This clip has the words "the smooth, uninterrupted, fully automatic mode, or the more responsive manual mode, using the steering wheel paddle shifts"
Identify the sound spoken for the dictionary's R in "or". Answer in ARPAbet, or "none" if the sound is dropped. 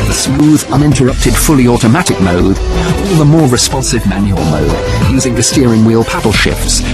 L